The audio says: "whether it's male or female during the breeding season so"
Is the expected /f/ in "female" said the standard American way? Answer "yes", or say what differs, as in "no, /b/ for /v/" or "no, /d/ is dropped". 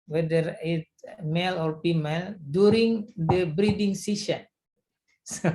no, /p/ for /f/